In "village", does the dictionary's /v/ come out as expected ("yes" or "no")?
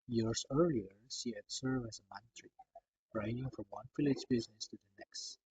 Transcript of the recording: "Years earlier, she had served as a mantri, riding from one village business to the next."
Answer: no